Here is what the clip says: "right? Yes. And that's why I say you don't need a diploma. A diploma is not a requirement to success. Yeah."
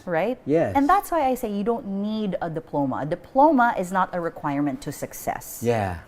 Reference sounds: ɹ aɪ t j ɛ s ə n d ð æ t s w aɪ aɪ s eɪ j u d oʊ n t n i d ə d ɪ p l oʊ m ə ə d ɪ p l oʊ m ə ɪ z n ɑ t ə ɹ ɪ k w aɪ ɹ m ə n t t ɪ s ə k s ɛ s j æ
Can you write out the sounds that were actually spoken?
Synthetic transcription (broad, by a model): ɹ aɪ t j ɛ ə n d ð æ t s w aɪ aɪ s eɪ j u d oʊ n t n i d ə d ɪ p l oʊ m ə ə d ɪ p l oʊ m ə ɪ z n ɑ t ə ɹ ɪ k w aɪ ɹ m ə n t t ɪ s ə k s ɛ s j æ